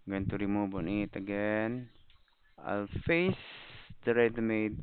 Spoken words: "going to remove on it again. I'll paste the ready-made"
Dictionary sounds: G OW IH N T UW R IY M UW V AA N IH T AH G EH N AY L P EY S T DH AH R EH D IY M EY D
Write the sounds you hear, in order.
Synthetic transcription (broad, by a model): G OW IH N T UW R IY M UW B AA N IH T AH G EH N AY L F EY S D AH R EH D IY M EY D